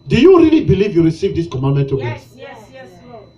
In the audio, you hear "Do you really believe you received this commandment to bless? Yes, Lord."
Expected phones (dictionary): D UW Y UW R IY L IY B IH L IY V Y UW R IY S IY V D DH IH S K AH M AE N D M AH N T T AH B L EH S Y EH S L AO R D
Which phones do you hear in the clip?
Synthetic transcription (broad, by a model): D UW Y UW R IY L IY B IH L IY V Y UW R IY S IY V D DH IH S K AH M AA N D M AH N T T AH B EH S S